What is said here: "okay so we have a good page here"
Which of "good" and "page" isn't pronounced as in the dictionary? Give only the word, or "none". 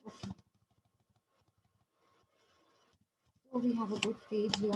page